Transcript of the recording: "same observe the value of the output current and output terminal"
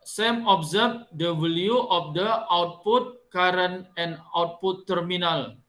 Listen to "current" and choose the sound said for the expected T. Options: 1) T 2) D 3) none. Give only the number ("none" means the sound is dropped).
3